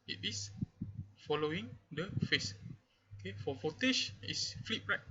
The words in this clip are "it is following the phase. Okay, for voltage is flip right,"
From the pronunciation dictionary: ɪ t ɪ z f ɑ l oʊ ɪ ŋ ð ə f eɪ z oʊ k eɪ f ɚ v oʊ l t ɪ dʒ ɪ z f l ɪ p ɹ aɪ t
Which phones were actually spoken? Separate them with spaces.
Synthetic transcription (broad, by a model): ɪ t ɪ s f ɑ l oʊ ɪ ŋ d ə f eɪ s oʊ k eɪ f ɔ f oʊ t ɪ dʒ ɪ s f l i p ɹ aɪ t